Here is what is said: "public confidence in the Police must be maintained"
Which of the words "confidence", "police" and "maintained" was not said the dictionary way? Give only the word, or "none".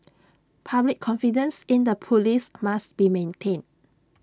maintained